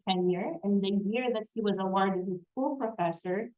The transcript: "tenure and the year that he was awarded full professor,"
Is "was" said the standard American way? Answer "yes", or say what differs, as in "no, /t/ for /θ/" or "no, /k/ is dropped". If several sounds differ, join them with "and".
yes